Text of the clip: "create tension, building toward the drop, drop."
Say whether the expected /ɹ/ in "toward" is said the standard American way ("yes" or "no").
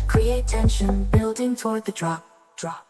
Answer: yes